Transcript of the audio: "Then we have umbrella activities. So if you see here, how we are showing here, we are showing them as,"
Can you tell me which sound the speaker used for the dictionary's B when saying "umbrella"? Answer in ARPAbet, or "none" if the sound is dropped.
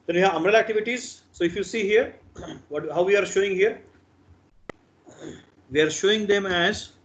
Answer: none